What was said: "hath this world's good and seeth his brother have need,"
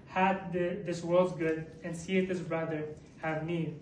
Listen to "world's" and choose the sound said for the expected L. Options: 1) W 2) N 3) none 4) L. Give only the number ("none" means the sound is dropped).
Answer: 4